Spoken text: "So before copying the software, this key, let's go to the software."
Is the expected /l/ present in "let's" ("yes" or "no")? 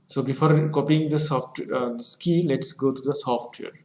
yes